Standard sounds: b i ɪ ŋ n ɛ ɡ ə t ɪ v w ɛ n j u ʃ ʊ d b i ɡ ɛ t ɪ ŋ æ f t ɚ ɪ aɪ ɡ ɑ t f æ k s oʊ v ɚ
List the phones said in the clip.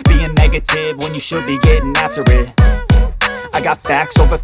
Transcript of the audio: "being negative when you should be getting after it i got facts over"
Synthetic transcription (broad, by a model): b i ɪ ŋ n ɛ ɡ ə t ɪ v w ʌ n j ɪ ʃ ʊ d b i ɡ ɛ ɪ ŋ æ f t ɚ ɪ aɪ ɡ ɑ t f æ k s oʊ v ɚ